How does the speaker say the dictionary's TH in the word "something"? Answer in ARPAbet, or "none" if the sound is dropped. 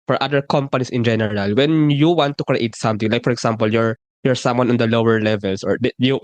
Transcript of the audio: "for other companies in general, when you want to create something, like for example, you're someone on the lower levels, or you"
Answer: T